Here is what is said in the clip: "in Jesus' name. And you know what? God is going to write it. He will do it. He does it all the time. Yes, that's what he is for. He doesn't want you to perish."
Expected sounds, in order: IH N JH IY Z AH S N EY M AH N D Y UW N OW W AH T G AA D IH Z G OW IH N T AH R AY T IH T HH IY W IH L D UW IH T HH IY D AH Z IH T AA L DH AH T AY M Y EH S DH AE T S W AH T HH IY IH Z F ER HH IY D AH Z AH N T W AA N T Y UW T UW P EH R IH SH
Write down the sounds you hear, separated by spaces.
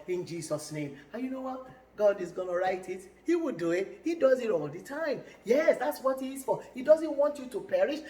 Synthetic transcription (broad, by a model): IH N JH IY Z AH S N EY M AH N Y UW N OW W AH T G AA D IH Z G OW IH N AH R AY T IH T HH IY W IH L D UW IH T HH IY D AH Z IH T AA L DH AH T AY M Y EH S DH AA T S W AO T HH IY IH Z F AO HH IY D AH Z AH N T W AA N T Y UW T UW P EH R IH SH